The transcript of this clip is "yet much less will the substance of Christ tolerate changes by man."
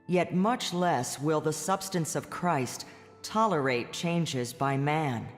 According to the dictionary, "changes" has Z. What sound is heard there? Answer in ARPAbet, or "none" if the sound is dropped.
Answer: Z